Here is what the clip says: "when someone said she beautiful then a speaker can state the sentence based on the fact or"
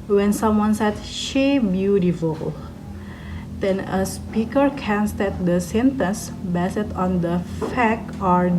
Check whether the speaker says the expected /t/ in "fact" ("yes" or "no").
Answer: no